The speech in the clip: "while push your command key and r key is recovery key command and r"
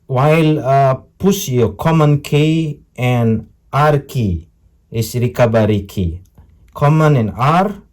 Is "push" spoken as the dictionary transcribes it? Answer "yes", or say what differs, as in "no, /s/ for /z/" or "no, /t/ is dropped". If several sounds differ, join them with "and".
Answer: no, /s/ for /ʃ/